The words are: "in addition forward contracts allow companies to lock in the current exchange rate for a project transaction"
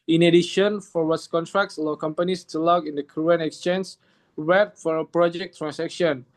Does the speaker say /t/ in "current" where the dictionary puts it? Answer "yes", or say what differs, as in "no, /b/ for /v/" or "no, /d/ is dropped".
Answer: no, /t/ is dropped